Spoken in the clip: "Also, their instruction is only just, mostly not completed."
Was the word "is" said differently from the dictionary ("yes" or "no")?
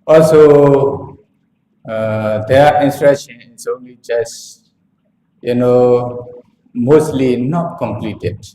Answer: yes